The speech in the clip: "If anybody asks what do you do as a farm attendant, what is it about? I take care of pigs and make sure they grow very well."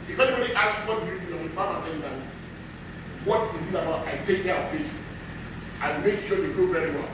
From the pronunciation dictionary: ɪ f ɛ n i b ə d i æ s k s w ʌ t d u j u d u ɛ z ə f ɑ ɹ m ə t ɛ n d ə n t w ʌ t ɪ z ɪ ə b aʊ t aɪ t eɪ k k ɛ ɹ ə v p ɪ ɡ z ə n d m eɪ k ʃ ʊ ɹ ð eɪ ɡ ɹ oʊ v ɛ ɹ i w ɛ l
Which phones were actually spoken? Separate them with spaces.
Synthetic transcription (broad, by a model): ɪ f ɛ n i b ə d i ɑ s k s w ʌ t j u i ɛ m ə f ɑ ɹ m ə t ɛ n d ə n w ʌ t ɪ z ɪ ə b aʊ t aɪ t eɪ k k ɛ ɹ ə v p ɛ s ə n m eɪ k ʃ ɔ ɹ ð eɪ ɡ oʊ v ɛ ɹ i w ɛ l